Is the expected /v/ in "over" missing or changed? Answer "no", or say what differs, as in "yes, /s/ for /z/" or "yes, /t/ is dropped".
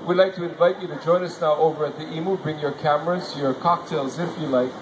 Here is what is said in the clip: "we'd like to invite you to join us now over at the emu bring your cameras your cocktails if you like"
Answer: no